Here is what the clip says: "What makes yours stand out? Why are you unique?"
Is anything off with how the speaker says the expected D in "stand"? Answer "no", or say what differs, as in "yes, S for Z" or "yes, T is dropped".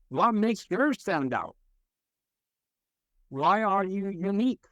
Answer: no